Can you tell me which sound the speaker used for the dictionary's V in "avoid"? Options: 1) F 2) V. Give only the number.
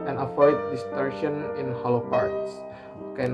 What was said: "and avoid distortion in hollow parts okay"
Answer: 1